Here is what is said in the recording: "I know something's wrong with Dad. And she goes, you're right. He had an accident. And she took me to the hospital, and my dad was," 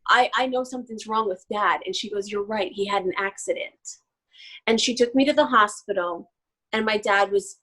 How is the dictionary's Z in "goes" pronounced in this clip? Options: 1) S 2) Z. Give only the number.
2